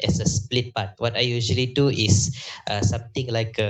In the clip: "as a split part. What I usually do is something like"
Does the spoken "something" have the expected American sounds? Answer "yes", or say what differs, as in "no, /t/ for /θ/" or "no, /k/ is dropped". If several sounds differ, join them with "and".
no, /t/ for /θ/